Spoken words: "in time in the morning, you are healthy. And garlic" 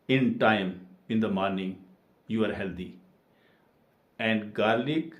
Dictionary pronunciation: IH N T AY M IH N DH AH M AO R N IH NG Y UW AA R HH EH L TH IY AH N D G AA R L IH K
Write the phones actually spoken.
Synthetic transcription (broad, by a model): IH N T AY M IH N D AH M AO R N IH NG Y UW AA R HH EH L T IY AH N D G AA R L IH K